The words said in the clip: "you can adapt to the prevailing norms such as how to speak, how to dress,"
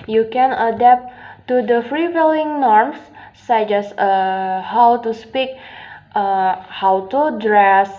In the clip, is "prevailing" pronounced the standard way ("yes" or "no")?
no